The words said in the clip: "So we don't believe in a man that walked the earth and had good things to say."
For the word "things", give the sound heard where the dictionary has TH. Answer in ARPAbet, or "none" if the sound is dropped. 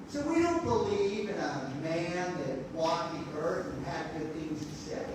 TH